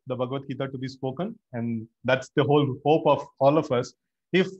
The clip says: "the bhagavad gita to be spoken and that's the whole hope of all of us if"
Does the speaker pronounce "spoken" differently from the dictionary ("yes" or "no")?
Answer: no